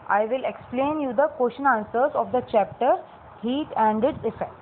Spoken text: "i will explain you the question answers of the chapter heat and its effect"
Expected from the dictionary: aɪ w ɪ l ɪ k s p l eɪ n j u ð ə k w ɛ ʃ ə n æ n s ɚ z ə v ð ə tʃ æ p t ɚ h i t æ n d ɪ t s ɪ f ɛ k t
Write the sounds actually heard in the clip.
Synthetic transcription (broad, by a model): aɪ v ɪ l ɪ k s p l eɪ n j u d ə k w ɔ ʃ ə n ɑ n s ɚ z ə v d ə tʃ æ p t ɚ h i t æ n d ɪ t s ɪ f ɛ k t